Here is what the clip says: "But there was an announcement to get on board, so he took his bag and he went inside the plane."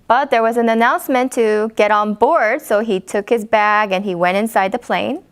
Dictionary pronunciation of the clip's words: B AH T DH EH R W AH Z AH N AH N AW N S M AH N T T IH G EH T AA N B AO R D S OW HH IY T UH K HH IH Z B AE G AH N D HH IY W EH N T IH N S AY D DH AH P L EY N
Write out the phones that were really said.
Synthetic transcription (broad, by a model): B AH T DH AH R W AH Z AH N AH N AW N S M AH N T T IH G EH T N B AO R D S OW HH IY T UH K HH IH Z B AE G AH N IY W EH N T IH N S AY D DH AH P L EY N